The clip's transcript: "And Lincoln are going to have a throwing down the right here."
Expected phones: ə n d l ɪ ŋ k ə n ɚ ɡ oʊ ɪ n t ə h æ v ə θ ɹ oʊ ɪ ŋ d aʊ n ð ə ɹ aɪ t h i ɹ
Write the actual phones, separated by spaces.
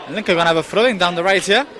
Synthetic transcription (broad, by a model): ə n l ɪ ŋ k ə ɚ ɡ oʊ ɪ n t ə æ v ə f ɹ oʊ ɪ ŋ d aʊ n ð ə ɹ aɪ t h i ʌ